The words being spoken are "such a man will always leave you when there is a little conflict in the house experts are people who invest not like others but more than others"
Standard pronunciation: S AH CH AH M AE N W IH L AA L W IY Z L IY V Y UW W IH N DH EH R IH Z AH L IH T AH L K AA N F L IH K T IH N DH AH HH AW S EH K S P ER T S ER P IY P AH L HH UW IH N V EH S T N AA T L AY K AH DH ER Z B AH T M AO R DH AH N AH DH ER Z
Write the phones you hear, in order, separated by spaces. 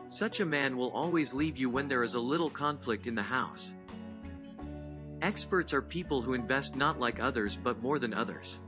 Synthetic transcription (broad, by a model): S AH CH AH M AE N W IH L AA L W IY Z L IY V Y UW W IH N DH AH R IH Z AH L IH T L K AA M F L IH K T IH N DH AH HH AW S EH K S P ER T S ER P IY P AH L HH UW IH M V EH S T N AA T L AY K AH DH ER Z B AH T M AO R DH AH N AH DH ER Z